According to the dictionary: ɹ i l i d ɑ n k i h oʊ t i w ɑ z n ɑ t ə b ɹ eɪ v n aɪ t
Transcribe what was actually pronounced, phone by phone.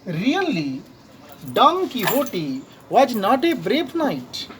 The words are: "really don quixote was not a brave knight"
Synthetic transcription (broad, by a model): ɹ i l i d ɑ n k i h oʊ t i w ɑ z n ɑ t ə b ɹ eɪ p n aɪ t